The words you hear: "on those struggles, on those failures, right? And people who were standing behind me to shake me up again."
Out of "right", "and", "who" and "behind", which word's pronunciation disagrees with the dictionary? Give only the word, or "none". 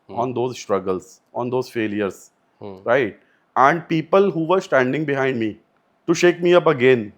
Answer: none